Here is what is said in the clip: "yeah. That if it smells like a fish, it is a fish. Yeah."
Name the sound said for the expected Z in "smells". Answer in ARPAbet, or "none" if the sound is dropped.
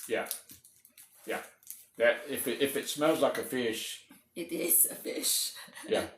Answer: Z